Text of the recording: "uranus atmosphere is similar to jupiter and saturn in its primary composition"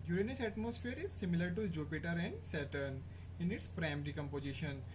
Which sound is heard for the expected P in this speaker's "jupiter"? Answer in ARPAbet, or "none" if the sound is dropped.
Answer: P